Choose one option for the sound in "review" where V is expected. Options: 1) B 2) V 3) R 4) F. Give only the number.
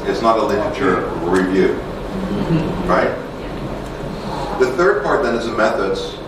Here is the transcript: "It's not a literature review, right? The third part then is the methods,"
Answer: 2